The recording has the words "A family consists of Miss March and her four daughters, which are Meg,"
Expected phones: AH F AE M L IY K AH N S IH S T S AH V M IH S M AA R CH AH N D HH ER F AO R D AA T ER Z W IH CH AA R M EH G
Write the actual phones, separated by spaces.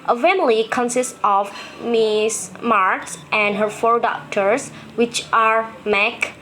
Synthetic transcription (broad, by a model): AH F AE M L IY K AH N S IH S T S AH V M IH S M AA R S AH N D HH ER F AO R D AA T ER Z W IH CH AA R M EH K